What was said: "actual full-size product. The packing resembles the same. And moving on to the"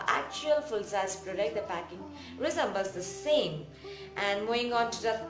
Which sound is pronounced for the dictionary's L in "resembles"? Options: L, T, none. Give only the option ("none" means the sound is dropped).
none